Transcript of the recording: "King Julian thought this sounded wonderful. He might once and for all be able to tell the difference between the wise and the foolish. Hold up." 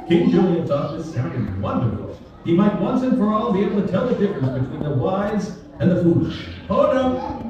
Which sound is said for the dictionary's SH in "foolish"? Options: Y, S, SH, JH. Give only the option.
SH